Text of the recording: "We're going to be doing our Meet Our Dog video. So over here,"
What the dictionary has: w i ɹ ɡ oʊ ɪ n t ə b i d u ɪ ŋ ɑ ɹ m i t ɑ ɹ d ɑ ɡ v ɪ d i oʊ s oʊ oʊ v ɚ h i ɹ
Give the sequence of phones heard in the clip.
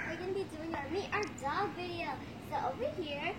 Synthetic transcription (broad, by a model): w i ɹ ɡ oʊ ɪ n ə b i d u ɪ ŋ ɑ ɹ m i t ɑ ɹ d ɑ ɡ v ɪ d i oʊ s oʊ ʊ w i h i ɹ